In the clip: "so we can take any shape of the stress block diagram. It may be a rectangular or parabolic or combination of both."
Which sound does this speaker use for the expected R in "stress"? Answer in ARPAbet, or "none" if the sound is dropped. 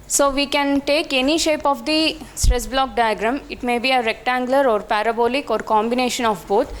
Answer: R